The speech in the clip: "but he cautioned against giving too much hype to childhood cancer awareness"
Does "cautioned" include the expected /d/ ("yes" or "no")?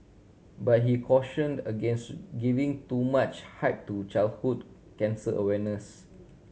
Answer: yes